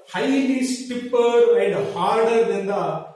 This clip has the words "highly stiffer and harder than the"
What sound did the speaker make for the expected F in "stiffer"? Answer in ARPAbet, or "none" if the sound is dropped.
P